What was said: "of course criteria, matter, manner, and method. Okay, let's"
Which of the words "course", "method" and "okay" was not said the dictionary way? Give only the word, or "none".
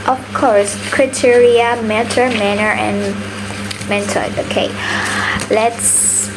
method